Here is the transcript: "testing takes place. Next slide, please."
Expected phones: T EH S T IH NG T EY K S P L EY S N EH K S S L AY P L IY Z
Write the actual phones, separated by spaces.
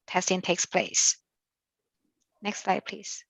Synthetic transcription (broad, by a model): T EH S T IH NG T EY K S P L EY S N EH K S S L AY P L IY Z